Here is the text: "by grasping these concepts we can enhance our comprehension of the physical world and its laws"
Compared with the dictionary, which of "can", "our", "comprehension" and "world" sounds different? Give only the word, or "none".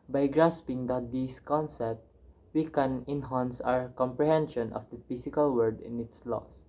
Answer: world